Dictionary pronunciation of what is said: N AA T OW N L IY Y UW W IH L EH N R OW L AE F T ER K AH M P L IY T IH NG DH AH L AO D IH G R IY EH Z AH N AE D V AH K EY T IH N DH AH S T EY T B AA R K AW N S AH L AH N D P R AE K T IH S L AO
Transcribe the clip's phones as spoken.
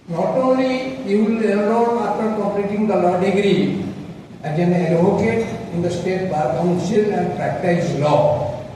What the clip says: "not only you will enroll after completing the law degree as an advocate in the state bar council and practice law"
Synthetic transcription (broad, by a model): N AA T OW N L IY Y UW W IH L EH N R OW N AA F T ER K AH P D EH T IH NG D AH L AO D IH G R IY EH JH AH N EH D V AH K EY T IH N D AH S T EY T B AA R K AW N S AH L AH N D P R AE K T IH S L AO